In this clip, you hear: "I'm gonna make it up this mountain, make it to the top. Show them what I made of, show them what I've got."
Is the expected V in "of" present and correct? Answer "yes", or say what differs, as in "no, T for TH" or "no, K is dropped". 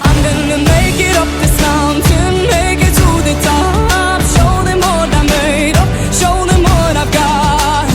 no, P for V